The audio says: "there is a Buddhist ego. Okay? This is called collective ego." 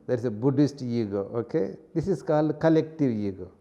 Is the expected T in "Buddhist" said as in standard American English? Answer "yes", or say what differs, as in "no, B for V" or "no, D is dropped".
yes